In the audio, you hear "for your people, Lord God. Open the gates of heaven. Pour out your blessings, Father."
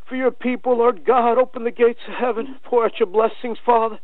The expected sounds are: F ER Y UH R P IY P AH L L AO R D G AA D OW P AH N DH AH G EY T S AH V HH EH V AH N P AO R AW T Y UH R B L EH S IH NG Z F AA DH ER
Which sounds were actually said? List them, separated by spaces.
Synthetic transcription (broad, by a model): F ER Y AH R P IY P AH L L AO R D G AA D OW P AH N DH AH G EY T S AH HH EH V AH N F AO R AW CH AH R B L EH S IH NG Z F AA DH ER